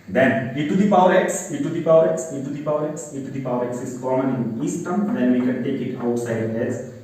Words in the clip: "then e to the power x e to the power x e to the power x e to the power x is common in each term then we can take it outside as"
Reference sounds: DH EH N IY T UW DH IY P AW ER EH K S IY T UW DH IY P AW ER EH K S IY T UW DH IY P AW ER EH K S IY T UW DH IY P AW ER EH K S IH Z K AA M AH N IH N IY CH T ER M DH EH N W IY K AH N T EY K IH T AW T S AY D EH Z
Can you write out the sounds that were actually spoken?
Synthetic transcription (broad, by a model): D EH N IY T UW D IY P AW ER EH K S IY T UW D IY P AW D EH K S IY T UW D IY P AW ER EH K S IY T UW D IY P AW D EH K S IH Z K AA M AH N IH N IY S T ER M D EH N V IY K AH N T EY K IH T AW T S AY D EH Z